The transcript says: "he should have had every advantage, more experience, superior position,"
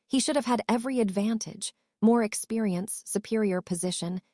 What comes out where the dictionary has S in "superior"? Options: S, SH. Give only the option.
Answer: S